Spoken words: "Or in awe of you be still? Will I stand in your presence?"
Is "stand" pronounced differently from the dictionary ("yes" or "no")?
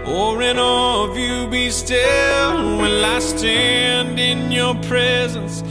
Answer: no